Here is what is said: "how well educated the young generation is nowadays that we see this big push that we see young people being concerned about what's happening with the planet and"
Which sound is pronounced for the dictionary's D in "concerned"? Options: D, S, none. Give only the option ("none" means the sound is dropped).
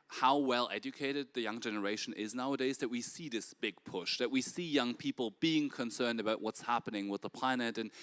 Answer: D